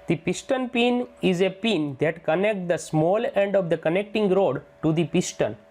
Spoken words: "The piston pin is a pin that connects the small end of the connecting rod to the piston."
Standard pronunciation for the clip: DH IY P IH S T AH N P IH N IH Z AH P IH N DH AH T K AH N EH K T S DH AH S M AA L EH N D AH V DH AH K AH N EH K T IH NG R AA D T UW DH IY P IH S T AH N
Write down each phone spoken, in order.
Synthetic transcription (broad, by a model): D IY P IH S T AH N P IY N IH Z AH P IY N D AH T K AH N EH K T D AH S M AA L EH N D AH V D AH K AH N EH K T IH NG R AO D T UW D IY P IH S T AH N